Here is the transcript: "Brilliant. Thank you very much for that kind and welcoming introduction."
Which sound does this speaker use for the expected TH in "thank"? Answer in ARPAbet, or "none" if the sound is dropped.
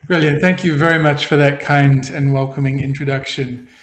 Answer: TH